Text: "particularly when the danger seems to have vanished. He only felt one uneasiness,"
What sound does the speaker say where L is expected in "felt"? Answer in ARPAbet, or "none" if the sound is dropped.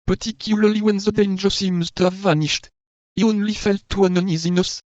L